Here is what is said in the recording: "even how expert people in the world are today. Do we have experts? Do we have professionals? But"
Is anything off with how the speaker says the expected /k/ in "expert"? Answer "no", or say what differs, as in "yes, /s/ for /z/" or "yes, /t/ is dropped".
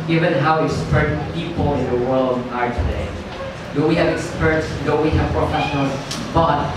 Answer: yes, /k/ is dropped